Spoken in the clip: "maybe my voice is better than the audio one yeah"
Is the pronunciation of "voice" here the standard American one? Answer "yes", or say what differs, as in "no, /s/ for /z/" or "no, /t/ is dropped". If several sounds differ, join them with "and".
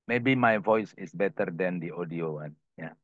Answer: yes